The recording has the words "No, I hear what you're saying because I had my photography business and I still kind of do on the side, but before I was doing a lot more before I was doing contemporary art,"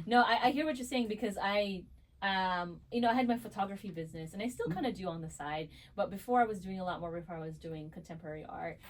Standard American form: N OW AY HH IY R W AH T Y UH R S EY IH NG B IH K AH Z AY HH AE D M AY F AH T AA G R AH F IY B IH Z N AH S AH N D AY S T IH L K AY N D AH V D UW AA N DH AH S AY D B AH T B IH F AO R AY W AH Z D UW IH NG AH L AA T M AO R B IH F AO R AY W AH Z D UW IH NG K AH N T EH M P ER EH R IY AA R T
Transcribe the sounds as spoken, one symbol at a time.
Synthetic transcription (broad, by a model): N OW AY HH IY R W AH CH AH R S EY IH NG B IH K AH Z AY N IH D M AY F AH T AA G R AH F IY B IH Z N AH S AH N AY S T IH L K AY N D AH D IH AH N DH AH S AY D B AH T B IH F AO R AY W AH Z D UW IH NG AH L AA T M AO R B IH F AO R AY W AH Z D UW IH NG K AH N T EH M P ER EH R IY AA R T